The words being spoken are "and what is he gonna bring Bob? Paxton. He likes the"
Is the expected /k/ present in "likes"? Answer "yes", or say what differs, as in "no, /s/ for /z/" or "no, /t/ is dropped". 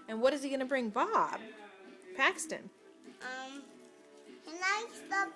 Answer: no, /k/ is dropped